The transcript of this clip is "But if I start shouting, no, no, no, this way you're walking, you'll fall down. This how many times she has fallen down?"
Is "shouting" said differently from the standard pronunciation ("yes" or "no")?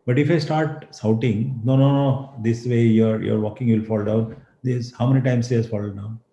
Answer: yes